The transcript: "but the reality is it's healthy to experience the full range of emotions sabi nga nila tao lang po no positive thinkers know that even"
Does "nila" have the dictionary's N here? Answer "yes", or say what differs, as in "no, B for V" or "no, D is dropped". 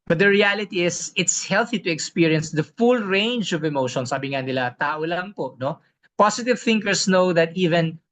no, L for N